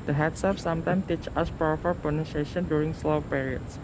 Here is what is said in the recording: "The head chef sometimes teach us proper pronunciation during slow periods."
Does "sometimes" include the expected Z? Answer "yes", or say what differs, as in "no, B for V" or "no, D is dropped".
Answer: no, Z is dropped